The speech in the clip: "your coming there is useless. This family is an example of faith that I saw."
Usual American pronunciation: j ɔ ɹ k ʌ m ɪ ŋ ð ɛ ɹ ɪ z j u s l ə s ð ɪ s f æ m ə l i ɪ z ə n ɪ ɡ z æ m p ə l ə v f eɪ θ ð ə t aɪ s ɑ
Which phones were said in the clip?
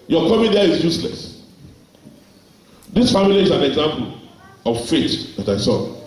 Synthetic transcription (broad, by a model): j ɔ k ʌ m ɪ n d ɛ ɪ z j u s l ə s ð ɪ s f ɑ m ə l i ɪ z ə n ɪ ɡ z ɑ m p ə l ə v f eɪ t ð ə t aɪ s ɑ